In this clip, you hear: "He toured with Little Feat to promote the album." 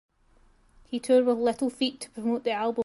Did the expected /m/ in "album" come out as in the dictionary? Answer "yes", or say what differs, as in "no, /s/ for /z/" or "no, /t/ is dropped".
no, /m/ is dropped